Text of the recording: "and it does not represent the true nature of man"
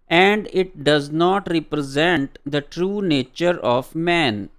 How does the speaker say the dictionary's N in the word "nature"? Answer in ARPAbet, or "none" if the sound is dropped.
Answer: N